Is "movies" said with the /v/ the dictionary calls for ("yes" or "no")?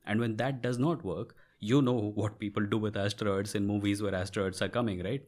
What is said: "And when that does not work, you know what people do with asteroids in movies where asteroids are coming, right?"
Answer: yes